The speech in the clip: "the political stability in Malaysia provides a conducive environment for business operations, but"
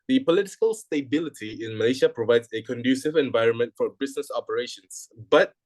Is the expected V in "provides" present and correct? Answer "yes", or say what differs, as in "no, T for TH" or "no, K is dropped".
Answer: yes